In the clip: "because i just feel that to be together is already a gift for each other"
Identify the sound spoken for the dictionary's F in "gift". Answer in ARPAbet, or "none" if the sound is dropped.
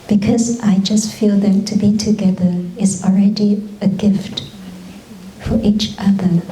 F